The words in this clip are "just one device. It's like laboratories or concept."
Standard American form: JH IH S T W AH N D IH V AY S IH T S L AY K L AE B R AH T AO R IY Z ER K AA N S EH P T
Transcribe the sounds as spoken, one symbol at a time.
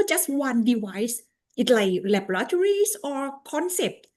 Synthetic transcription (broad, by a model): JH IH S T W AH N D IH W AY S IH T L AY K L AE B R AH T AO R IY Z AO K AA N S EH P T